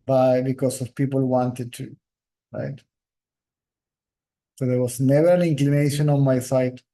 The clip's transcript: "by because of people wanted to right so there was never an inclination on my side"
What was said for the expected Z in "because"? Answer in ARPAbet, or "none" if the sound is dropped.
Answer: S